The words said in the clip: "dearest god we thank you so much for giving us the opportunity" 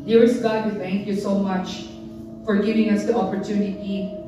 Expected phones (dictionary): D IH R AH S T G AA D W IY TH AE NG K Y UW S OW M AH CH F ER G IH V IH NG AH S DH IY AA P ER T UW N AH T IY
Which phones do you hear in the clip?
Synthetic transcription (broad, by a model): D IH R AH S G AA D W IY TH AE NG K Y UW S OW M AH CH F ER G IH V IH NG AH S DH IY AA P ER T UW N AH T IY